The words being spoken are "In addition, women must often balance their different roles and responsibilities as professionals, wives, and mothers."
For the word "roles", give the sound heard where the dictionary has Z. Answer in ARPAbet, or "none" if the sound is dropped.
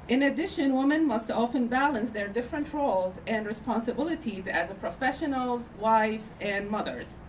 Z